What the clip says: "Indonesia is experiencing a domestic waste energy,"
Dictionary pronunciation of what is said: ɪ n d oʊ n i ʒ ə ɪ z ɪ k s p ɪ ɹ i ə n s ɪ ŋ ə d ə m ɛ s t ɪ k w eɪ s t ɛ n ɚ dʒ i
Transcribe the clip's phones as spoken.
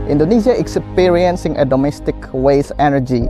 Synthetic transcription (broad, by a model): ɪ n d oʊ n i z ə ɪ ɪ k s p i ɹ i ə n s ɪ ŋ ə d ə m ɛ s t ɪ k w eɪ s ɛ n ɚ dʒ i